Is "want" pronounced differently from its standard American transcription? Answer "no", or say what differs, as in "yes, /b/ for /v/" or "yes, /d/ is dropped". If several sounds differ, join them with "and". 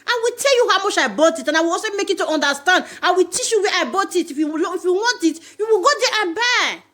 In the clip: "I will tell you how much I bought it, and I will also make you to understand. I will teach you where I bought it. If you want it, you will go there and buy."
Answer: no